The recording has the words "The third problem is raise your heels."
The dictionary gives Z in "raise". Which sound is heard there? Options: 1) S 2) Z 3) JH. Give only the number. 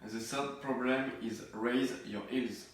2